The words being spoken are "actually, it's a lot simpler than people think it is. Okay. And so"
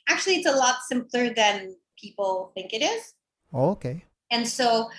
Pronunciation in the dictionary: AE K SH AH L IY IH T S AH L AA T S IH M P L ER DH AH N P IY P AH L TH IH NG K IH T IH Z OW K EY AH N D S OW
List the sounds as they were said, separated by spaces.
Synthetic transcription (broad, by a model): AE K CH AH L IY IH T S AH L AA T S IH M P L ER DH AH N P IY P L TH IH NG K IH T IH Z OW K EY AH N S OW